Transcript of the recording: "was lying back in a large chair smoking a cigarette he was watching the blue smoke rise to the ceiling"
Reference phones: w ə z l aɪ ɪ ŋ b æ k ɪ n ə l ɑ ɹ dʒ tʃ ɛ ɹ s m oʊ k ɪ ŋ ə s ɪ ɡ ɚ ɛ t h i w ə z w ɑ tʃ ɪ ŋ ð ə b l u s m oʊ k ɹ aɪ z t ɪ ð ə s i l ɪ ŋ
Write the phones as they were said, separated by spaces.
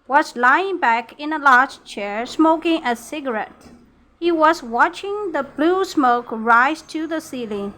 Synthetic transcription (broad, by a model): w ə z l aɪ ɪ ŋ b æ k ɪ n ə l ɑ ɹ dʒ tʃ ɛ ɹ s m oʊ k ɪ ŋ ə s ɪ ɡ ɚ ɛ t h i w ə z w ɑ tʃ ɪ ŋ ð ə b l u s m oʊ k ɹ aɪ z t ɪ ð ə s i l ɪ